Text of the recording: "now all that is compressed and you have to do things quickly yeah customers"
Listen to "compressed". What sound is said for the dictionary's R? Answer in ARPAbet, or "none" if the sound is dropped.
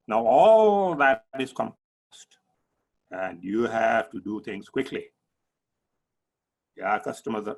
none